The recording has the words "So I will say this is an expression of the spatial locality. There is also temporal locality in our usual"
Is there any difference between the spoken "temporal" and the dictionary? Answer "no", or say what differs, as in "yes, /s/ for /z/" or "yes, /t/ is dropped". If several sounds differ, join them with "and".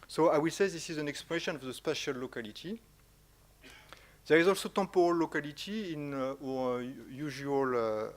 yes, /m/ is dropped